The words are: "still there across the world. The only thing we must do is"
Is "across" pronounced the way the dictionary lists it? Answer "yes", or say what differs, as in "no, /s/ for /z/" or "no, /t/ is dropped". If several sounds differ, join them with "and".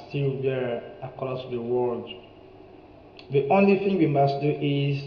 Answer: no, /l/ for /ɹ/